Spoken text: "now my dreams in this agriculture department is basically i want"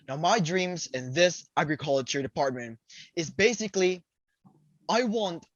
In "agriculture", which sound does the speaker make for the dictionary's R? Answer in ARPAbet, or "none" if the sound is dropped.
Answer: R